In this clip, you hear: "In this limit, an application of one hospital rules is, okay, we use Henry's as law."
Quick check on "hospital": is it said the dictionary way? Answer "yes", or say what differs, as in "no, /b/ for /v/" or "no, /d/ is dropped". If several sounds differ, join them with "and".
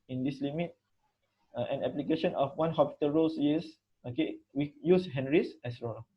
no, /s/ is dropped